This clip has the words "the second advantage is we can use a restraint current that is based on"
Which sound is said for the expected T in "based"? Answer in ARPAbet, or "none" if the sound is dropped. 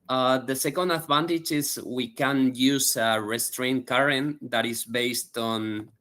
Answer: T